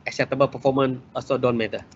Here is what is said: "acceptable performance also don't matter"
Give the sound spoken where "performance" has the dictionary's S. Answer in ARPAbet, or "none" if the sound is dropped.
none